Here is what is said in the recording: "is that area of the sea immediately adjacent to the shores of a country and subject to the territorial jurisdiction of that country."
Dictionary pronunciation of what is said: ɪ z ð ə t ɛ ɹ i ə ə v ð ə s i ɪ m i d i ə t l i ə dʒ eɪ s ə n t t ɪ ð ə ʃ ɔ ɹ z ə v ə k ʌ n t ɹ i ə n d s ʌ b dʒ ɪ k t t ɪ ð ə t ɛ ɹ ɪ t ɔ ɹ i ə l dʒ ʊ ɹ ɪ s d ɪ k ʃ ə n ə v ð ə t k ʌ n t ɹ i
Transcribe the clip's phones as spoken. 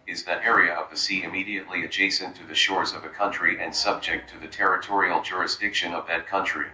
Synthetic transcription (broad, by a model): ɪ z ð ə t ɛ ɹ i ə ə v ð ə s i ɪ m i d i ə t l i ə dʒ eɪ s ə n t t ɪ ð ə ʃ ɔ ɹ z ə v ə k ʌ n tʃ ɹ i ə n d s ʌ b dʒ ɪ k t t ɪ ð ə t ɛ ɹ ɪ t ɔ ɹ i l dʒ ʊ ɹ ɪ s d ɪ k ʃ ə n ə v ð ə t k ʌ n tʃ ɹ i